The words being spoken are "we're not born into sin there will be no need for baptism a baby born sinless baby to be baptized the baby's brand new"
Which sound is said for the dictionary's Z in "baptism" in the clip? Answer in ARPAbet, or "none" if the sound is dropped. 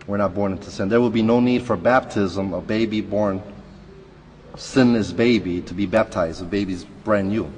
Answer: Z